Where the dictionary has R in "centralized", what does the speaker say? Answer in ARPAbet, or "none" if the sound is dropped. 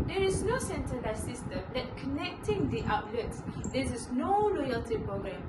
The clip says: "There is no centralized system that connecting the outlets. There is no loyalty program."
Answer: none